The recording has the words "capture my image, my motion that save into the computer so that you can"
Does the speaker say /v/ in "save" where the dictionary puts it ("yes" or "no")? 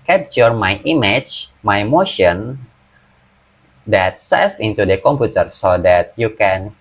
no